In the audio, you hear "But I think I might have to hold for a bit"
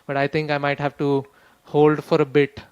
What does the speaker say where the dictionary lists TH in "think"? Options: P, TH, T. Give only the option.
T